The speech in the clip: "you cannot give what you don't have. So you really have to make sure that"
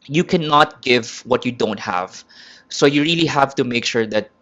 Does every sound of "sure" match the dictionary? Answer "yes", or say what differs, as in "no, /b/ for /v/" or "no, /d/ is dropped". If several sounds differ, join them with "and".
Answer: yes